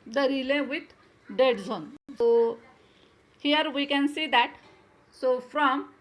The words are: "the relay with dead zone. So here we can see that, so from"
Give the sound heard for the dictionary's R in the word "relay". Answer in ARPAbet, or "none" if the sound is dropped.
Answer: R